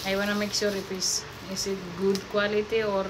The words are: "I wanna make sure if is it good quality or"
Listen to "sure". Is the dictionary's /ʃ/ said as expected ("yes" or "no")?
no